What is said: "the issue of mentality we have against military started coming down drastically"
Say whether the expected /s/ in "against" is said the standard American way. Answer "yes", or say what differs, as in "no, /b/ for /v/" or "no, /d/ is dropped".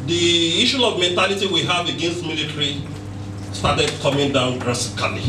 yes